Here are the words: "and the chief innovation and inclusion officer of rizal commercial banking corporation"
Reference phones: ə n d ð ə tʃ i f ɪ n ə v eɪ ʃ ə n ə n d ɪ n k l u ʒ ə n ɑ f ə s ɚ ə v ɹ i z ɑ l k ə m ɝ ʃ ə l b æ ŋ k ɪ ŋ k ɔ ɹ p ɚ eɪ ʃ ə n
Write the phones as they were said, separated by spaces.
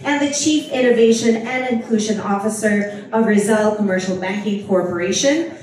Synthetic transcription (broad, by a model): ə n ð ə tʃ i f ɪ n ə v eɪ ʃ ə n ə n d ɪ n k l u ʒ ə n ɑ f ə s ɚ ə v ɹ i z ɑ l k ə m ɝ ʃ l b æ ŋ k ɪ ŋ k ɔ ɹ p ɚ eɪ ʃ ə n